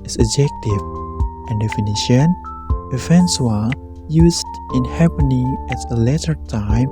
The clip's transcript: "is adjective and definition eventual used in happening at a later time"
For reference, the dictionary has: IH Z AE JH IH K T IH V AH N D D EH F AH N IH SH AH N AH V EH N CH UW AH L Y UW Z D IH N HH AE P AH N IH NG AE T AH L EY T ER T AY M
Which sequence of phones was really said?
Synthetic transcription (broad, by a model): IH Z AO JH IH K T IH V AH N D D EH F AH N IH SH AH N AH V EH N S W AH Y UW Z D IH N HH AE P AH N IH NG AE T AH L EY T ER T AY M